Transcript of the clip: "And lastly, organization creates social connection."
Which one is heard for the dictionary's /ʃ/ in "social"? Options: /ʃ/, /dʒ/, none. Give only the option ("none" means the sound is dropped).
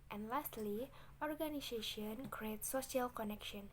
none